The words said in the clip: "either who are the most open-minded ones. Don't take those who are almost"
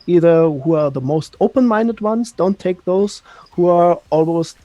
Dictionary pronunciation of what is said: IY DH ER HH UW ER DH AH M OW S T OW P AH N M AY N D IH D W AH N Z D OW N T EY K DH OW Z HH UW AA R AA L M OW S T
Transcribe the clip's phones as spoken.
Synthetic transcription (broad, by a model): IY DH ER HH UW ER DH AH M OW S T OW P AH N M AY N D IH D W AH N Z D OW N T EY K DH OW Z HH UW AA R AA L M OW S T